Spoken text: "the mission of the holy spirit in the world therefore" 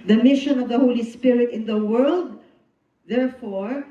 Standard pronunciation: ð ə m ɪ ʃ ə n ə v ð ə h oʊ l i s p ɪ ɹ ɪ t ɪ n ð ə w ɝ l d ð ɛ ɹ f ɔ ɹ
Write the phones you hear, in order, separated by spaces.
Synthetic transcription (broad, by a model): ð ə m ɪ ʃ ə n ə v ð ə h oʊ l i s p ɪ ɹ ɪ t ɪ n ð ə w ɝ l d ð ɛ ɹ f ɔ ɹ